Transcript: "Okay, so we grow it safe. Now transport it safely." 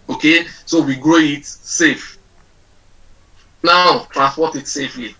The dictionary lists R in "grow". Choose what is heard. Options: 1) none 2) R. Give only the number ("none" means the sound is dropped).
2